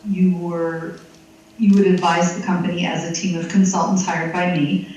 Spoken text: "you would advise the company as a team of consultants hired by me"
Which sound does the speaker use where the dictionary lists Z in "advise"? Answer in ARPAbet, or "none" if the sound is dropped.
Z